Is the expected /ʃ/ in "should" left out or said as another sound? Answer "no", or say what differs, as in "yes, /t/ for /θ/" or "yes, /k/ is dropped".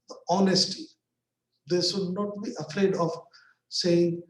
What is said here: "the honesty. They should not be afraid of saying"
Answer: yes, /s/ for /ʃ/